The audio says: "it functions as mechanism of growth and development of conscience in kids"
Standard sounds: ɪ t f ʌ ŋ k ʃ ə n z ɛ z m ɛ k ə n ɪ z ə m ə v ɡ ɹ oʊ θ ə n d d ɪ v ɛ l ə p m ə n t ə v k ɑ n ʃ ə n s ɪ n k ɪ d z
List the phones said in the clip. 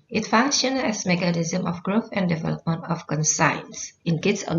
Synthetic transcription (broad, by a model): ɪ t f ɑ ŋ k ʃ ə n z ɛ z m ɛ k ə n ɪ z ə m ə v ɡ ɹ oʊ θ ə n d d ɪ v ɛ l ə p m ə n t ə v k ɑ n s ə n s ɪ n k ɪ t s